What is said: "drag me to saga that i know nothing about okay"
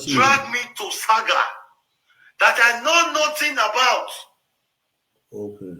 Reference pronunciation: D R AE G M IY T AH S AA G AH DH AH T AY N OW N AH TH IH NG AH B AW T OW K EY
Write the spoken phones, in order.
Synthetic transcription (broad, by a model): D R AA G M IY T AH S AA G AH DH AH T AY N OW N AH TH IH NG AH B AW T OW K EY